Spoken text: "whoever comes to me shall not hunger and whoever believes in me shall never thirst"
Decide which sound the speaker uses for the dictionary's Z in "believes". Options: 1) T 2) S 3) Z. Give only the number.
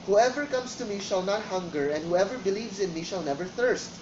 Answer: 3